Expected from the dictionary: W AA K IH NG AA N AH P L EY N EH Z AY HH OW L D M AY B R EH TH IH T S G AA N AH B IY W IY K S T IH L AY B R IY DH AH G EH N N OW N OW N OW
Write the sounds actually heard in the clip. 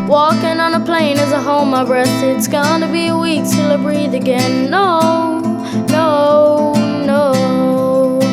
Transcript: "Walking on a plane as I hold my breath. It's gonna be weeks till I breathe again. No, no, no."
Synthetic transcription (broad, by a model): W AA K IH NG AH N AH P L EY N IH Z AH HH OW M AY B R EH T IH T S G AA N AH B IY W IY K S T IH L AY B R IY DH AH G EH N N OW N OW N OW